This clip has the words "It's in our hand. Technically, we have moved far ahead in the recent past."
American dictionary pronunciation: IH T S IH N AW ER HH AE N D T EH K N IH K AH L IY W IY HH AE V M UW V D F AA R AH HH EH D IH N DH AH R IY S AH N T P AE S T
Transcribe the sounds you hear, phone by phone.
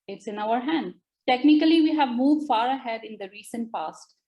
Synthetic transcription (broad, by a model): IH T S IH N AW ER HH AE N D T EH K N IH K AH L IY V IY HH AE V M UW V D F AA R AH HH EH D IH N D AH R IY S AH N T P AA S T